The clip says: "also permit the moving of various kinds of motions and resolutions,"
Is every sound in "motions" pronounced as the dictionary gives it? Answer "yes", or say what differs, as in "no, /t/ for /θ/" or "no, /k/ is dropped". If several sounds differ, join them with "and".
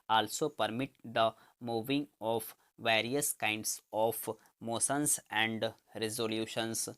no, /s/ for /ʃ/